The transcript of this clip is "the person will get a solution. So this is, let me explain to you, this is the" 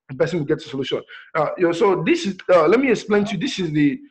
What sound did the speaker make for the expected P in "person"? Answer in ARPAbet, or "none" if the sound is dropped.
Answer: B